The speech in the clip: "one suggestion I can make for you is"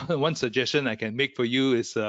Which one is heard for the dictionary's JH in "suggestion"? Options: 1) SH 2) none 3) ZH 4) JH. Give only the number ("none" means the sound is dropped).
4